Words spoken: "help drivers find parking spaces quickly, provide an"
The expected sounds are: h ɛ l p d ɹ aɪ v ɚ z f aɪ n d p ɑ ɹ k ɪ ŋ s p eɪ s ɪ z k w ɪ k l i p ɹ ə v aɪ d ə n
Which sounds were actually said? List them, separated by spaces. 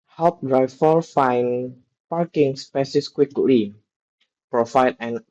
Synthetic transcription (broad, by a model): h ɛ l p d ɹ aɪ f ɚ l f aɪ n p ɑ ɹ k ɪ ŋ s p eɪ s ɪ s k w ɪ k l i p ɹ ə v aɪ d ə n